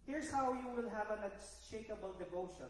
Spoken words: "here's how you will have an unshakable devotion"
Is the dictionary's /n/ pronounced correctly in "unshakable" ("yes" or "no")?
no